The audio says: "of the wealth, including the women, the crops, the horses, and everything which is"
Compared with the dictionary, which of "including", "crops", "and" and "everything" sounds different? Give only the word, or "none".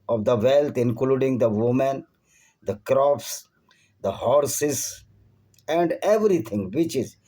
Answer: everything